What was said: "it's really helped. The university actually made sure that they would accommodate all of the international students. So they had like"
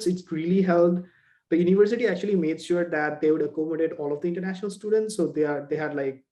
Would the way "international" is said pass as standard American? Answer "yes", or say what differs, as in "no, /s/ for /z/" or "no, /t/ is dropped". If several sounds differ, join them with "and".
yes